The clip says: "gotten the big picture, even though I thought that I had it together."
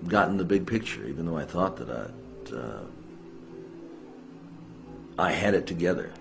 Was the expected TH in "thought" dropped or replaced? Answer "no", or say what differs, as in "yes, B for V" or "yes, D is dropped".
no